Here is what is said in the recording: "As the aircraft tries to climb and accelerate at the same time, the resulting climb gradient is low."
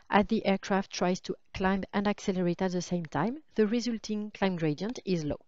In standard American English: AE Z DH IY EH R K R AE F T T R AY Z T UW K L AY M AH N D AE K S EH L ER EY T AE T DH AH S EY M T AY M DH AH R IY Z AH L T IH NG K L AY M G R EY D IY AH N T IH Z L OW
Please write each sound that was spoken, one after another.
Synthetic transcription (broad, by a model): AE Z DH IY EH R K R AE F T T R AY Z T UW K L AY M AH N D AE K S EH L ER EY T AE T DH AH S EY M T AY M DH AH R IY Z AH L T IH NG K L AY M G R EY D IY AH N T IH Z L OW